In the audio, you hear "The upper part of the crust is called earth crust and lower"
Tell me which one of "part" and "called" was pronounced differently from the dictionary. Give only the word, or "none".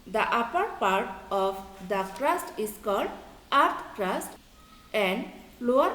none